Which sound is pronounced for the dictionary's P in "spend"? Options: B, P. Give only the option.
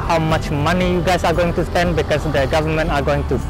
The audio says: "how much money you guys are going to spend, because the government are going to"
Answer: P